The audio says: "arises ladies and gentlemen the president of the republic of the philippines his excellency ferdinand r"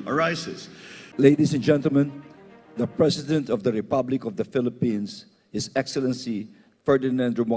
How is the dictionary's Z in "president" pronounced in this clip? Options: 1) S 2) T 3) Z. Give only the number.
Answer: 1